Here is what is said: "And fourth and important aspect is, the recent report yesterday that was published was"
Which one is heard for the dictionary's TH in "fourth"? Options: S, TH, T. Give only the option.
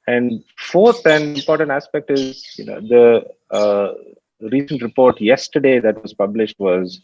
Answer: T